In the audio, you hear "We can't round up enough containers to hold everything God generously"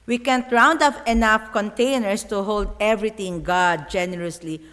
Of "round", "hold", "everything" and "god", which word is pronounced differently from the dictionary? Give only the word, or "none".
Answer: everything